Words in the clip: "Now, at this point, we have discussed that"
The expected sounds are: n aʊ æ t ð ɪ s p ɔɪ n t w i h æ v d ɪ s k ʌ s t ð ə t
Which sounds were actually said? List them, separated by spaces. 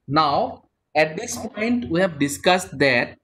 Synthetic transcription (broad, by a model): n aʊ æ t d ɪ s p ɔɪ n t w i h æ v d ɪ s k ʌ s t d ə t